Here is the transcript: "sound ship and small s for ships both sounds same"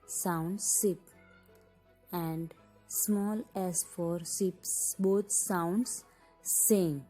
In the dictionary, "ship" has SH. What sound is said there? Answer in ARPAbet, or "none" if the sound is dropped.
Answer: S